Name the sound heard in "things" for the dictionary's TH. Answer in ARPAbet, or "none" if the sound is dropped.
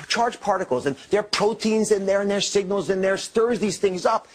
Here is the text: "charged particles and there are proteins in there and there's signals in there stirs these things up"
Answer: TH